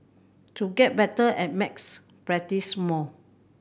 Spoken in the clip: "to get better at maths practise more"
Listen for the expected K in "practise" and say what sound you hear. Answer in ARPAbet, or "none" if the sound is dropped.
none